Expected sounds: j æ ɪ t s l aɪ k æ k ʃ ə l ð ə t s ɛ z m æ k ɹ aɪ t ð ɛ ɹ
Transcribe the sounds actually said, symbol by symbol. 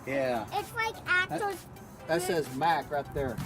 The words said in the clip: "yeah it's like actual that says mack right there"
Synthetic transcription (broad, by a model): j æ ɪ t s l aɪ k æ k ə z ð ə t s ɛ z m æ k ɹ aɪ t ð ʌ ɹ